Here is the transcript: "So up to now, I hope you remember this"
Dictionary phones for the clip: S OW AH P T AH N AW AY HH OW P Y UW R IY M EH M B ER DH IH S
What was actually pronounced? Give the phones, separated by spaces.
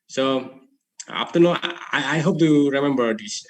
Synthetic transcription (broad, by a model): S OW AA F T AH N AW AY HH OW P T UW R IY M EH M B ER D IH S